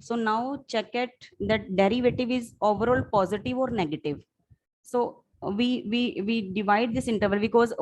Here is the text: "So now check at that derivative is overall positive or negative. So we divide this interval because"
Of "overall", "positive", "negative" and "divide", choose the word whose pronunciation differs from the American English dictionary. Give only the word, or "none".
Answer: none